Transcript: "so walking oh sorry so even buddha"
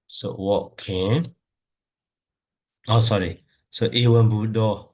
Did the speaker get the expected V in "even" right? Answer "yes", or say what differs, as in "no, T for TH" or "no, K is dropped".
no, W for V